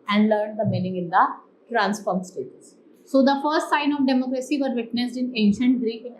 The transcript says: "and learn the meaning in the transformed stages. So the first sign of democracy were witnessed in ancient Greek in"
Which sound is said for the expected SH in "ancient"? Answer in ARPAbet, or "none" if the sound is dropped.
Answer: SH